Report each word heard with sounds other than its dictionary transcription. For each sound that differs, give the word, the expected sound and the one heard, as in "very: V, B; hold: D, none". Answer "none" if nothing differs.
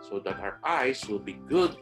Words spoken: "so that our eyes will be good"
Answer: eyes: Z, S